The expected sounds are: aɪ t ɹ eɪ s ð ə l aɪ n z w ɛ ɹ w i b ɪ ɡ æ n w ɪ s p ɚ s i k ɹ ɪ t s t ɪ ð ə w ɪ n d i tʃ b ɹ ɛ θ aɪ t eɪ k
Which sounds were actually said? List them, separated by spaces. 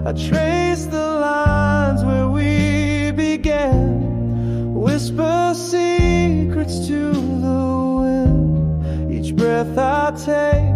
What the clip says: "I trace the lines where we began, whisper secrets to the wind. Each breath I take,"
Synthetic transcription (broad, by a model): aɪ t ɹ eɪ s ð ə l aɪ n z w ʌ ɹ w i b ɪ ɡ æ n w ɪ s p ɚ s i k ɹ ɪ t s t ɪ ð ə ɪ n i tʃ b ɹ ɛ θ aɪ t eɪ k